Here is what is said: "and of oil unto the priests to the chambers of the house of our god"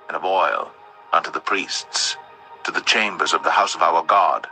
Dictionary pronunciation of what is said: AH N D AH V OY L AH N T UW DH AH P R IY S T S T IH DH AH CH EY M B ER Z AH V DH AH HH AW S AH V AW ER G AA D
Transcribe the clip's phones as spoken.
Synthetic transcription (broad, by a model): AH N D AH V OY L AH N T UW DH AH P R IY S T S T IH DH AH CH EY M B ER Z AH V DH AH HH AW S AH V AW ER G AA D